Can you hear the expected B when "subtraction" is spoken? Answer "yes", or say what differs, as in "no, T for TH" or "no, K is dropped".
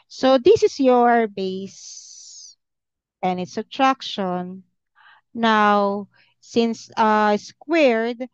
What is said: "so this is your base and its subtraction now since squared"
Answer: no, B is dropped